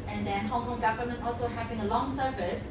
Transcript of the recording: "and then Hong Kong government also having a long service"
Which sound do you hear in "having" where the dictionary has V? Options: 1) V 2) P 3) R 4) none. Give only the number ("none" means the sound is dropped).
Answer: 2